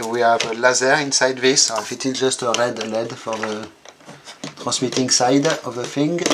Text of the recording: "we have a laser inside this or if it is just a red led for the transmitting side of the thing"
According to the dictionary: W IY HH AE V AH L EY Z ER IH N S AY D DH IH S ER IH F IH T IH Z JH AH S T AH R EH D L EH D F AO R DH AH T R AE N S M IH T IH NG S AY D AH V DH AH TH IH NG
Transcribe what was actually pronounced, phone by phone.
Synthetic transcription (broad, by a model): W IY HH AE V AH L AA Z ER IH N S AY D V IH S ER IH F IH T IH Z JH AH S T AH R EH D L EH D F AO R DH AH T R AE S M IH T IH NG S AY D AH V DH AH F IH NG